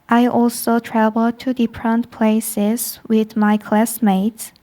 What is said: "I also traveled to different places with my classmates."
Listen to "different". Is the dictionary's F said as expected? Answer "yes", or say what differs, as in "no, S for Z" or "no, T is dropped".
no, P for F